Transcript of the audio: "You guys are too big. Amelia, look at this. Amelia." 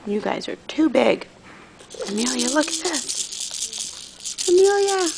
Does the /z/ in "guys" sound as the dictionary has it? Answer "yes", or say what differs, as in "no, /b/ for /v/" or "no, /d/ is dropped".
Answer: yes